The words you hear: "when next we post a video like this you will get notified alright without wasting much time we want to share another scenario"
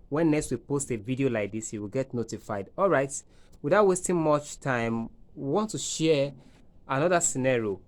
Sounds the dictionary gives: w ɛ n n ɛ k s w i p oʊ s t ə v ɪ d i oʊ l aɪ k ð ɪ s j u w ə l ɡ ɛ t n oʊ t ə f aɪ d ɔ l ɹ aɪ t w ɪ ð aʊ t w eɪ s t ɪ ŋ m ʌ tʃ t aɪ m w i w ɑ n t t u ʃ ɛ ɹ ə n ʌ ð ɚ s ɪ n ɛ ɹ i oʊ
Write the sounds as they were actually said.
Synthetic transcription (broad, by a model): w ɛ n n ɛ k s w i p oʊ s t ə v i d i oʊ l aɪ k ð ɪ s j u w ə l ɡ ɛ t n oʊ t ə f aɪ d ɔ l ɹ aɪ t w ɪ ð aʊ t w eɪ s t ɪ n m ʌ tʃ t aɪ m w i w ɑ n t t u ʃ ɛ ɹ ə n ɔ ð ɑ s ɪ n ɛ ɹ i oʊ